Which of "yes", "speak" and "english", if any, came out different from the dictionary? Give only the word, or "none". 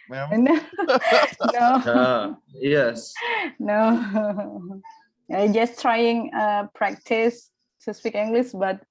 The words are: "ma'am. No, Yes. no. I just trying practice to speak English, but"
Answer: english